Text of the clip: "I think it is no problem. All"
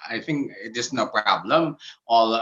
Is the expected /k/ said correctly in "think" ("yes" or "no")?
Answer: yes